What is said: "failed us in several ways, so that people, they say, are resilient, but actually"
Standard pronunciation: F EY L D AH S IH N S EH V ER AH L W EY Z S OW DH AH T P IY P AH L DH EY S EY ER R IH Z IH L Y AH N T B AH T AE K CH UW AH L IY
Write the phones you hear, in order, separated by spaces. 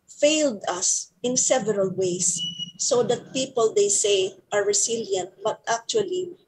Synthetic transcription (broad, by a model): F EY L D AH S IH N S EH V ER AH L W EY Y S OW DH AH T P IY P AH L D EY S EY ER R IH S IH L Y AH N T B AH T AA K CH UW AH L IY